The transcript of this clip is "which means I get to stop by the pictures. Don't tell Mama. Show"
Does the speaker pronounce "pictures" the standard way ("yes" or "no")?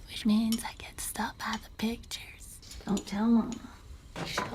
yes